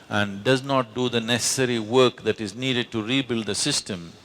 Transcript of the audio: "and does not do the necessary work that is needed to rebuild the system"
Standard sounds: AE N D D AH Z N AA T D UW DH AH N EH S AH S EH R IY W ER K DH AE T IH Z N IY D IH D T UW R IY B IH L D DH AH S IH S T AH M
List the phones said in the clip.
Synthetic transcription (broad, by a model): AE N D D AH Z N AA T D UW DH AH N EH S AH S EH R IY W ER K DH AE T IH Z N IY D IH D T UW R IY B IH L D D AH S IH S T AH M